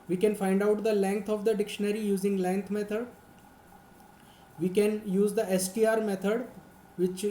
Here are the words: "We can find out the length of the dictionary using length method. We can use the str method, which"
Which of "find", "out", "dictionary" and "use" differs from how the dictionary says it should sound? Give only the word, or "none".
none